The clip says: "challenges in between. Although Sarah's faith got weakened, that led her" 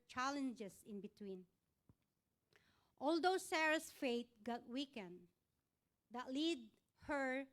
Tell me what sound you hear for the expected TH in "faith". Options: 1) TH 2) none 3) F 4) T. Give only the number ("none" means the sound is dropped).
4